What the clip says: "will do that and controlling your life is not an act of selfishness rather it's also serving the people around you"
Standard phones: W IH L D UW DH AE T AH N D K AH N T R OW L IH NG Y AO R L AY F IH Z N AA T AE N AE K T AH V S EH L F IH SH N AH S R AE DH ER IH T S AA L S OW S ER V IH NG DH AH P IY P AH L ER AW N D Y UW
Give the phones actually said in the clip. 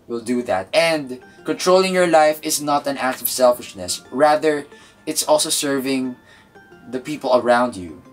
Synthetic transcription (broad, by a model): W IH L D UW DH AE T AH N D K AH N T R OW L IH NG Y AO R L AY F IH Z N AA T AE N AE K T AH V S EH L F IH SH N AH S R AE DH ER IH T S AA L S OW S ER V IH NG DH AH P IY P AH L ER AW N D Y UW